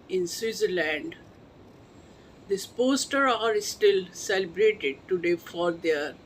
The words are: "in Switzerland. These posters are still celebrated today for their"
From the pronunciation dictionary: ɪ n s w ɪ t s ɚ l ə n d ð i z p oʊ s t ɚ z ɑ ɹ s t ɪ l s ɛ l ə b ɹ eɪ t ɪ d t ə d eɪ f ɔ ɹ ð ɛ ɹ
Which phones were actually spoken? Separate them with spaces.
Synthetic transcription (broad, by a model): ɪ n s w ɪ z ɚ l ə n d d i s p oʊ s t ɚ ɑ ɹ s t ɪ l s ɛ l ə b ɹ eɪ t ɪ d t ə d eɪ f ɔ ɹ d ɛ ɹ